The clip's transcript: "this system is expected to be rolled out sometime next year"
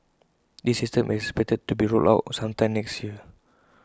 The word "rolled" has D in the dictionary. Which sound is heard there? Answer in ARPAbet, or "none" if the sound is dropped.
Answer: none